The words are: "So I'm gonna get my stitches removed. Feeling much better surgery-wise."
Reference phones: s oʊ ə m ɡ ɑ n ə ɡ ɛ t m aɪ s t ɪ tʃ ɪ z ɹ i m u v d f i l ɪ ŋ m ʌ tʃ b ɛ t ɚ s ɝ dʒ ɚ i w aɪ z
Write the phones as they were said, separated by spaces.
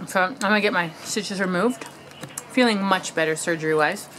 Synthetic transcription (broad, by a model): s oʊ ə m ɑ ə ɡ ɛ t m aɪ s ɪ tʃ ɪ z ɹ i m u v d f i l ɪ ŋ m ʌ tʃ b ɛ t ɚ s ɝ dʒ ɚ i w aɪ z